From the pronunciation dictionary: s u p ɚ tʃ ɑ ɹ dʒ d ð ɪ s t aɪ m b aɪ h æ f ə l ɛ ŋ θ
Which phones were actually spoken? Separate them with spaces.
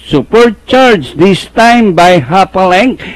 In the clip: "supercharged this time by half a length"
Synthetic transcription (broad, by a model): s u p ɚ tʃ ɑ ɹ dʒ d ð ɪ s t aɪ m b aɪ h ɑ p ə l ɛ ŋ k